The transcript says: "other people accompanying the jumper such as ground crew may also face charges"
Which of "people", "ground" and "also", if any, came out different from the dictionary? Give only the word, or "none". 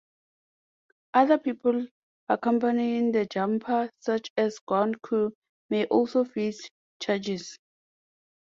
ground